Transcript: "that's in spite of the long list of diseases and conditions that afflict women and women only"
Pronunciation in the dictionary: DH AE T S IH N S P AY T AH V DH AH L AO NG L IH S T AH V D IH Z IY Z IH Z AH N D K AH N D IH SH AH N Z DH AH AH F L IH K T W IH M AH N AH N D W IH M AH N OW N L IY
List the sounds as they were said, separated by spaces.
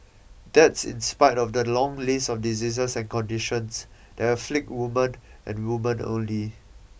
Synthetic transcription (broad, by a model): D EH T S IH N S P AY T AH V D AH L AO NG L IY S AH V D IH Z IY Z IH S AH N K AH N D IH SH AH N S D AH AH F L IH K T W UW M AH N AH N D W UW M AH N OW N L IY